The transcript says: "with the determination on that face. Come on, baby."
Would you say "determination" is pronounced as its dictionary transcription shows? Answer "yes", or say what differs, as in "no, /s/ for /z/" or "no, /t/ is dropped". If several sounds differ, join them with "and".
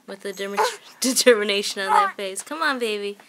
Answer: yes